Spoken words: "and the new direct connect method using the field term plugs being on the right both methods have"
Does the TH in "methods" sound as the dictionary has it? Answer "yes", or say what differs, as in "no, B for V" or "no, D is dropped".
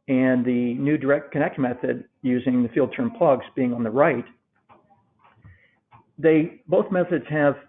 yes